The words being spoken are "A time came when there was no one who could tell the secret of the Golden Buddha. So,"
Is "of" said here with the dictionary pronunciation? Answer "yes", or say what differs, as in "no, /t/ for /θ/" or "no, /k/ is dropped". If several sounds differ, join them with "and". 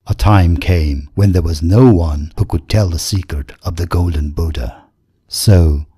yes